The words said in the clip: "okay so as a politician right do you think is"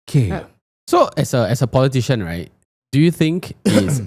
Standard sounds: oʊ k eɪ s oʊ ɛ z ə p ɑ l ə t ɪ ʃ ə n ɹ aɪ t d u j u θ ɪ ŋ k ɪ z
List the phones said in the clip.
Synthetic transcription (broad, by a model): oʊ k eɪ s oʊ ɛ s ə p ɑ l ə t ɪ ʃ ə n ɹ aɪ t d u j u θ ɪ ŋ k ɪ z